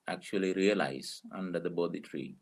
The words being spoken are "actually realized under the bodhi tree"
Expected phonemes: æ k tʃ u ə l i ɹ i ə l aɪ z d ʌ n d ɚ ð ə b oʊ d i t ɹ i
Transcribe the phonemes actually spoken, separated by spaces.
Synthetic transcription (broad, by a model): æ k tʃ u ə l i ɹ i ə l aɪ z ʌ n d ɚ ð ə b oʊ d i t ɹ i